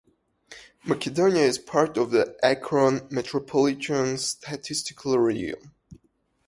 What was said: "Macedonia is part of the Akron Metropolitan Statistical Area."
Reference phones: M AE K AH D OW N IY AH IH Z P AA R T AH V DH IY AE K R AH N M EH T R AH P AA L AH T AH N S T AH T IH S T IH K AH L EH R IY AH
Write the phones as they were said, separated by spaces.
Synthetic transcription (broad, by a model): M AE K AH D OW N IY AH IH Z P AA R T AH V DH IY AE K R AH N M EH T R AH P AA L AH T AH N S T AH T IH S T IH K AH L R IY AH